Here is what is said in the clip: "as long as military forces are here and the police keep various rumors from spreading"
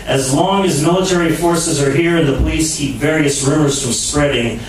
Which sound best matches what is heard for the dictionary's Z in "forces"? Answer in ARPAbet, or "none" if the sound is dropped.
Z